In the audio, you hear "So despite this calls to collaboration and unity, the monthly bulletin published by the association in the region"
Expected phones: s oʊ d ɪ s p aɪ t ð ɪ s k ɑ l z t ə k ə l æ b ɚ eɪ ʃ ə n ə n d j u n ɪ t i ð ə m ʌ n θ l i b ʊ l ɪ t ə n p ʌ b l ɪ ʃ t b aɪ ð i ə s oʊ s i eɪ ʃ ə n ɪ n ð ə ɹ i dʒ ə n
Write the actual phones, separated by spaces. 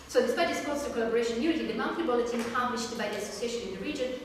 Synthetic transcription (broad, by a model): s oʊ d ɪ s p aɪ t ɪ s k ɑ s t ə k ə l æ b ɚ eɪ ə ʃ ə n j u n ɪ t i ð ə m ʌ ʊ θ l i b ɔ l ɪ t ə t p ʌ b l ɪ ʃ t b aɪ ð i ə s oʊ s i eɪ ʃ ə n ɪ n ð ə ɹ i dʒ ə n